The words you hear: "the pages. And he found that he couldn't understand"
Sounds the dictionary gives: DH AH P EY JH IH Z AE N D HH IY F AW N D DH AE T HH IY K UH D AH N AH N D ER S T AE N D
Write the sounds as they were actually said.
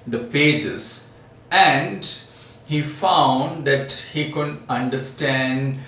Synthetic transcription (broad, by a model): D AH P EY JH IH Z AE N D HH IY F AW N D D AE T HH IY K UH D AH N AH N D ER S T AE N D